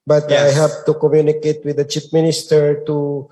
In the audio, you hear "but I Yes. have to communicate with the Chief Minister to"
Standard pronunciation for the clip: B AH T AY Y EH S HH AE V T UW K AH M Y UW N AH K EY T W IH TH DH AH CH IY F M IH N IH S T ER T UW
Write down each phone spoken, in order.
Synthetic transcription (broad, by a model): B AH T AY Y HH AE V T UW K AH M Y UW N AH K EY T W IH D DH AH CH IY P M IH N IH S T ER T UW